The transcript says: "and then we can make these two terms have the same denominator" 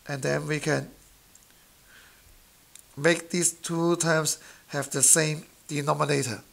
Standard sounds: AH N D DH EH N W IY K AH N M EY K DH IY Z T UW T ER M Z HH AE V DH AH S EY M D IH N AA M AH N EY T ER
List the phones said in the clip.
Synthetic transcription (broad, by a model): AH N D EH N W IY K AH N M EY K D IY S T UW T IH M S HH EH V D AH S EY M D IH N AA M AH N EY T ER